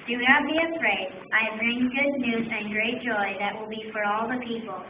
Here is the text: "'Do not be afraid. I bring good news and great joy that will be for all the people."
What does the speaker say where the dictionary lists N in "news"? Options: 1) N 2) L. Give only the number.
1